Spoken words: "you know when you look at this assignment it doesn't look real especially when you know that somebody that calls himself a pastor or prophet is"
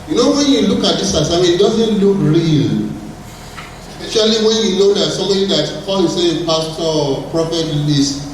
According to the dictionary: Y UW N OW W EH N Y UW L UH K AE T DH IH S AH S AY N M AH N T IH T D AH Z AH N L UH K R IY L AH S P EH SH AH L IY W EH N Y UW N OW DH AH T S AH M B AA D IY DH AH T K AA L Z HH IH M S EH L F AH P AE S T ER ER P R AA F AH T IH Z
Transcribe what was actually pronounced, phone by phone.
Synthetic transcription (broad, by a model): Y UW N OW W EH N Y UW L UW K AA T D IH S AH S AY M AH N IH T D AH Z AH N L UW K R IY L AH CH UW AH L IY W EH N Y UW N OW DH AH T S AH M B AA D IY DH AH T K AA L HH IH S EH AH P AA S T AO P R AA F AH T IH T